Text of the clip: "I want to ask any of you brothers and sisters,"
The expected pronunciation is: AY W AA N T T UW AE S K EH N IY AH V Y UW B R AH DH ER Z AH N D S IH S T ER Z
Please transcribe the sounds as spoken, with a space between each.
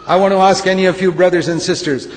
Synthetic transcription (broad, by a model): AY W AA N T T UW AE S K EH N IY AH F Y UW B R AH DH ER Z AH N D S IH S T ER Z